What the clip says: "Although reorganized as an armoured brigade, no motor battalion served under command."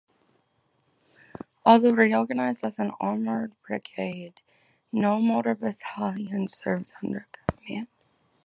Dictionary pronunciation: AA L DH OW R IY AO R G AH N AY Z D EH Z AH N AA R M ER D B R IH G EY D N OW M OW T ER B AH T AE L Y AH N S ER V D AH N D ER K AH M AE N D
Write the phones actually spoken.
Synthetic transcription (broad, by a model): AA L DH OW R IY AO R G AH N AY Z D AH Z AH N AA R M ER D B R IH G EY D N OW M OW T ER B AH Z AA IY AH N S ER V D AH N D ER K M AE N